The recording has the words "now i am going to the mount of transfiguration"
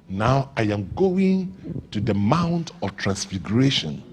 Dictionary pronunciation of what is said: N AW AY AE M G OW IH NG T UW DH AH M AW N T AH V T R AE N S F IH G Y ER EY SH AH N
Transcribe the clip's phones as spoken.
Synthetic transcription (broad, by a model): N AW AY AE M G OW IH NG T UW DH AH M AW N T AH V T R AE N S F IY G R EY SH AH N